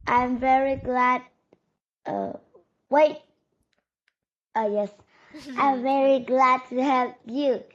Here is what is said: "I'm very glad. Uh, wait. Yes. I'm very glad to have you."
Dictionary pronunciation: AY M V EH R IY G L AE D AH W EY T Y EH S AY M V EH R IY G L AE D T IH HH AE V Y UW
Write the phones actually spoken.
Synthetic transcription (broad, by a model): AY M V EH R IY G L AE D AH W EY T Y EH S AY M V EH R IY G L AE D T IH HH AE P Y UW